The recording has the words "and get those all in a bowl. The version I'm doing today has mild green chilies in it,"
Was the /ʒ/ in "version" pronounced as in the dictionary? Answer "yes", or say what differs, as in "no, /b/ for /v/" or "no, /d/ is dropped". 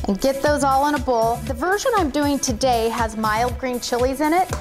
yes